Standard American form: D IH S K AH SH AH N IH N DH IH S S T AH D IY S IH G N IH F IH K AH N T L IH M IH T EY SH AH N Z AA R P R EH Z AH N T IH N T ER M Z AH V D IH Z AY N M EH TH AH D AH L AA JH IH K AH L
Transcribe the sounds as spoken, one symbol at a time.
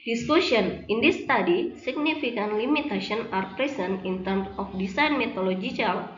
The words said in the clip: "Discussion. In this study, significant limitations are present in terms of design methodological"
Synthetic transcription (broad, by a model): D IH S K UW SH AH N IH N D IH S S T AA D IY S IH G N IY F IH K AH N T L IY M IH T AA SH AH N AA R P R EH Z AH N IH N T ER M S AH F D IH S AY N M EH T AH L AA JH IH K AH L